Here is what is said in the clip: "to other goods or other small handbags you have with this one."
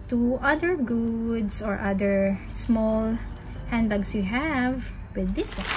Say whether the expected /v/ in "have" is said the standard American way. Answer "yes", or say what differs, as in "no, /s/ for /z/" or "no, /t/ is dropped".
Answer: yes